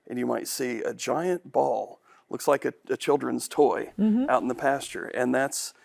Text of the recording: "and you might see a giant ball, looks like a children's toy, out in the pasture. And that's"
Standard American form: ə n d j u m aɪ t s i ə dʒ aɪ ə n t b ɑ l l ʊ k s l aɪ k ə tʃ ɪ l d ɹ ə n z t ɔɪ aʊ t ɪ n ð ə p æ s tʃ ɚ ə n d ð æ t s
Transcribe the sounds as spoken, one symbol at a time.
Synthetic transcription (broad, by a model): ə n j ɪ m aɪ t s i ə dʒ aɪ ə n b ɑ l l ʊ k s l aɪ k ə tʃ ɪ l d ɹ ə n z t ɔɪ aʊ t n ð ə p æ s tʃ ɚ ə n ð æ t s